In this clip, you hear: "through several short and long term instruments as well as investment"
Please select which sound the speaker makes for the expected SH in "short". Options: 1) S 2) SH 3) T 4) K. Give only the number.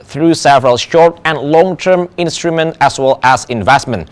2